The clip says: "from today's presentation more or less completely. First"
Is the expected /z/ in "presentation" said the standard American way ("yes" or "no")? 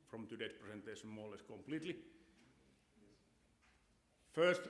no